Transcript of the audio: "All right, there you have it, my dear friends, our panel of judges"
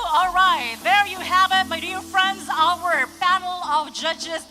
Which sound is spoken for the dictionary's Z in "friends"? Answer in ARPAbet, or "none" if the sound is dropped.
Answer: Z